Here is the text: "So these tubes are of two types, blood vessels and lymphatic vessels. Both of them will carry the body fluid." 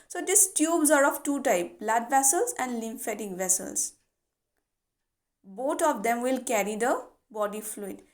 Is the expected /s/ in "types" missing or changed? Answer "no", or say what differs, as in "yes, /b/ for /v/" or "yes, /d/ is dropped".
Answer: yes, /s/ is dropped